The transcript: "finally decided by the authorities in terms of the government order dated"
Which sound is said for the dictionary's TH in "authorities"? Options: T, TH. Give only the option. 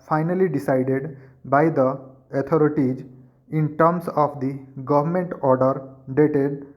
T